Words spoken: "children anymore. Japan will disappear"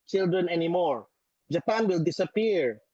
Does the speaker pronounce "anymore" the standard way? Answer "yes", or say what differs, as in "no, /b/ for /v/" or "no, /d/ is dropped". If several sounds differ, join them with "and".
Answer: yes